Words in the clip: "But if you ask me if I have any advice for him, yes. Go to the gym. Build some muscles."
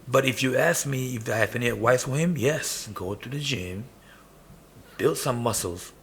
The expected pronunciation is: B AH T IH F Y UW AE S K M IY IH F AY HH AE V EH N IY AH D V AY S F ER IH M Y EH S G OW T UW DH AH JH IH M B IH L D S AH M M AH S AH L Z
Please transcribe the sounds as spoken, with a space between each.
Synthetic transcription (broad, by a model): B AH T IH F Y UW AE S K M IY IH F AY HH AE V EH N IY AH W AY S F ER IH M Y EH S G OW T UW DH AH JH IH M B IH L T S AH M M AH S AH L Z